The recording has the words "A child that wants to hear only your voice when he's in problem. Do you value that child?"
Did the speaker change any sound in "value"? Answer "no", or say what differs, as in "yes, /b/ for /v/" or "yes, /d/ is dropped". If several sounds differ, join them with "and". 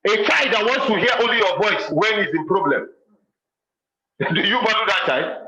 yes, /b/ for /v/